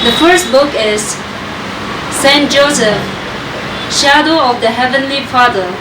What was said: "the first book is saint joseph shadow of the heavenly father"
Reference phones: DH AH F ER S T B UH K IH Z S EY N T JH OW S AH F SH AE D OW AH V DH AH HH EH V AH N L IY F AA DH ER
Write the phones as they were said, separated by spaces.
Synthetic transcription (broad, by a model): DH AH F ER S T B UH K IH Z S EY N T JH OW S AH F SH AE D OW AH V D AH HH EH V AH N L IY F AA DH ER